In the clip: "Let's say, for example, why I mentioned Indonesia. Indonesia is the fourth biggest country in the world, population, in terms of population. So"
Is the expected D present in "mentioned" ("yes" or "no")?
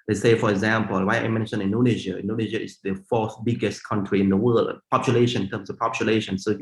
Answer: no